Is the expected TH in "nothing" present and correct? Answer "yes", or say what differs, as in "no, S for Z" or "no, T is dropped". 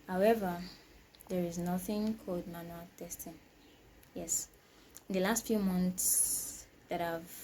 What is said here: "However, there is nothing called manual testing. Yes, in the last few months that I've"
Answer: yes